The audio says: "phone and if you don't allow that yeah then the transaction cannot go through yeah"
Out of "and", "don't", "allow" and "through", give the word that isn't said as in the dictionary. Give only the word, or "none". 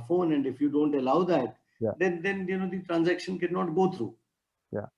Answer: through